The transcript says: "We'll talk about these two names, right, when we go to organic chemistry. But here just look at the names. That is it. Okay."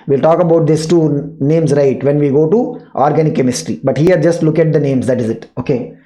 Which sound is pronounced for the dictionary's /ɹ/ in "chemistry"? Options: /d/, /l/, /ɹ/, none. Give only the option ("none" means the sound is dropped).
/ɹ/